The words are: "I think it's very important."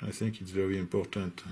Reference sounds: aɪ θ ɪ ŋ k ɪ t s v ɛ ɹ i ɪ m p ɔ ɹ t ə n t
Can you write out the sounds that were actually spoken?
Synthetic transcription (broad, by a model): aɪ θ ɪ ŋ k ɪ t s v ɛ ɹ i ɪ m p ɔ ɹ t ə n t